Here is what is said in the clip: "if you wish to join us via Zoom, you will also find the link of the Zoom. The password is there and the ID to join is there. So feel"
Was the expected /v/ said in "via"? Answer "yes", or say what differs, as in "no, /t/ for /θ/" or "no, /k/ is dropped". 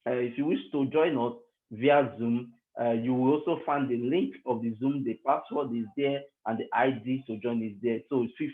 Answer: yes